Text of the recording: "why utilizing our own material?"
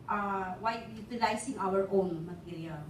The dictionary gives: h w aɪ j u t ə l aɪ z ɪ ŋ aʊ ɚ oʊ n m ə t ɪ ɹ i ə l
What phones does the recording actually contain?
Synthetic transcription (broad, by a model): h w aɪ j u t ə l aɪ s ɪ ŋ aʊ ɚ oʊ n m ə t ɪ ɹ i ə l